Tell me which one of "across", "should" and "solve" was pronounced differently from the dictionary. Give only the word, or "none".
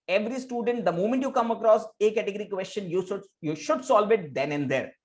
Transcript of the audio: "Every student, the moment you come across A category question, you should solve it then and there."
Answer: none